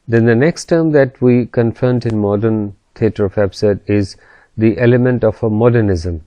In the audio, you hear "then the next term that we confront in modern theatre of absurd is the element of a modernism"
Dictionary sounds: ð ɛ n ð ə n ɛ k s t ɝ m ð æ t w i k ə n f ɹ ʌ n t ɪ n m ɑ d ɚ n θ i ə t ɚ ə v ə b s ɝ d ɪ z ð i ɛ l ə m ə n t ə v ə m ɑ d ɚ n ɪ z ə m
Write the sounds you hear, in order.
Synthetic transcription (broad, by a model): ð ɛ n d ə n ɛ k s t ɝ m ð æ t w i k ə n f ʌ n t ɪ n m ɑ d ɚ n t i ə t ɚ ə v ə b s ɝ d ɪ z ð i ɛ l ə m ə n t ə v ə m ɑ d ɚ n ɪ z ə m